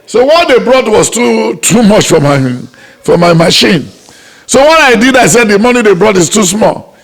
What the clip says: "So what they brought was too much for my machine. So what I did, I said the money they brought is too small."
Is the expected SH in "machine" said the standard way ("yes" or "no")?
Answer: yes